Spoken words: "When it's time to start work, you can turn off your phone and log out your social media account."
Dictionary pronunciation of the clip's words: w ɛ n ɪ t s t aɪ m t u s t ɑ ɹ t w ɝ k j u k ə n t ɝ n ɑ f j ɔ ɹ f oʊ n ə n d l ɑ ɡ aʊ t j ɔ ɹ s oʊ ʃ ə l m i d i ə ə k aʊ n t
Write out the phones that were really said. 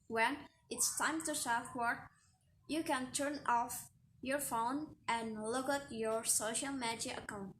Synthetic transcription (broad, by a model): w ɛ n ɪ t s t aɪ m t u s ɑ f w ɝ j u k ə n t ɝ n ɑ f j ɔ ɹ f oʊ n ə n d l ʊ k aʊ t j ɔ ɹ s oʊ ʃ ə l m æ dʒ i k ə k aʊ n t